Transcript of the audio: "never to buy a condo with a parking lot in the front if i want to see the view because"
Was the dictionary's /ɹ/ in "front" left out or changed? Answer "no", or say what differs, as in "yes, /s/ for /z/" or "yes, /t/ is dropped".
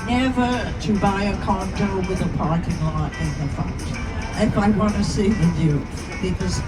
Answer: yes, /ɹ/ is dropped